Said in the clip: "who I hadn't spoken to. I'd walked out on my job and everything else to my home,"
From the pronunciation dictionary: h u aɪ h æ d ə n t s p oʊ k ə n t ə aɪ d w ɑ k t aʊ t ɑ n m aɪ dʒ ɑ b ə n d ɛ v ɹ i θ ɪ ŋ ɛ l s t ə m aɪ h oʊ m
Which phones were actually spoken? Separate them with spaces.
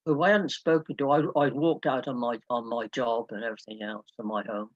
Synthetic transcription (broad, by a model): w aɪ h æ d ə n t s p oʊ k ə n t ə aɪ d w ɑ k t aʊ t ɑ n m aɪ dʒ ɑ b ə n ɛ v ɹ i θ ɪ ŋ ɛ l s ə m aɪ h oʊ m